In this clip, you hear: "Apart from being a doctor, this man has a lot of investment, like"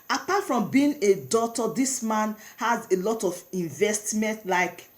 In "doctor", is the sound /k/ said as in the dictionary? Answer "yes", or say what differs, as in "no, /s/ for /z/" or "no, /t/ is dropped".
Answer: no, /k/ is dropped